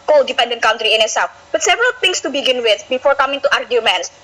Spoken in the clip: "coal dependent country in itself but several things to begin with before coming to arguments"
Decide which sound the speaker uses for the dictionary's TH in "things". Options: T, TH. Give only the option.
T